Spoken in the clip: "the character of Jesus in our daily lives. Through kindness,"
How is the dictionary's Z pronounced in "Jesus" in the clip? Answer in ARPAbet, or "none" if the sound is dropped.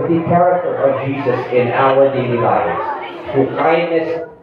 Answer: Z